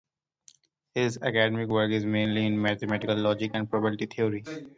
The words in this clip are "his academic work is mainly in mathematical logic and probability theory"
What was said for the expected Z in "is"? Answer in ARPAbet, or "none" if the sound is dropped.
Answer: Z